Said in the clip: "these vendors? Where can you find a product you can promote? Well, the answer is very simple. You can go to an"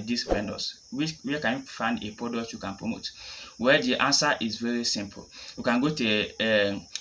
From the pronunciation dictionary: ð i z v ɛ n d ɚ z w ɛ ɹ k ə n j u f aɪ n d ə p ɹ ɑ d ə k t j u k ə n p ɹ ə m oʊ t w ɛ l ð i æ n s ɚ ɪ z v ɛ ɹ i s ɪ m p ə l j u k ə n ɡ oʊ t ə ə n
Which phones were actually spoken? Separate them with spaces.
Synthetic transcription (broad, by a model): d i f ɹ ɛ n d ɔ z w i w k ə n j u f aɪ n d ə p ɹ ɑ d ə k t j u k ə n p ɹ ə m oʊ t w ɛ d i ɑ n s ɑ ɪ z v ɛ ɹ i s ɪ m p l j u k ə n ɡ oʊ t ə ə